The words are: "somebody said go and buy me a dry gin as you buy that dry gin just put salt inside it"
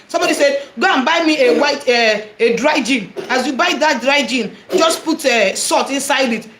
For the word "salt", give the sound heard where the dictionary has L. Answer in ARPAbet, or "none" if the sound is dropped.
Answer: none